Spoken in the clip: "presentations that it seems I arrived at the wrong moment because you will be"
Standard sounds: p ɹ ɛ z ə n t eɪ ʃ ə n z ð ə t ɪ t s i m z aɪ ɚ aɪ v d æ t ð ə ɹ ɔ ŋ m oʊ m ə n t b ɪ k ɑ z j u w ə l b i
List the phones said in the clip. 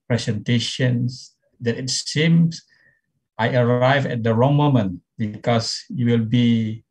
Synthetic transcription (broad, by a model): p ɹ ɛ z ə n t eɪ ʃ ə n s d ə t ɪ t s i m s aɪ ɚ aɪ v ɛ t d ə ɹ ɔ ŋ m oʊ m ə n t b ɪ k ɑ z j u w ə l b i